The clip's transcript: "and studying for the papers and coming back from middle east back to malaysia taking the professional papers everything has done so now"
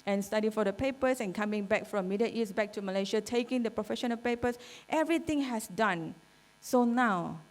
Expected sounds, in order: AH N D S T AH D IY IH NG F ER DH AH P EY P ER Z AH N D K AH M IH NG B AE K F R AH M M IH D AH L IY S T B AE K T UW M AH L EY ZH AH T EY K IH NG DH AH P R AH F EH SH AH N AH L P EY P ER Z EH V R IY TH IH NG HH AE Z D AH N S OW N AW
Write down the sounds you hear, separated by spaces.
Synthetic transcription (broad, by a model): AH N S T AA D IY F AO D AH P EY P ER S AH N K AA M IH NG B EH K F R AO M M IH D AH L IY S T B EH K T UW M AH L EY SH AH T EY K IH NG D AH P R AH F EH SH AH N AH L P EY P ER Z EH V R IY T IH NG HH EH S D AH N S OW N AW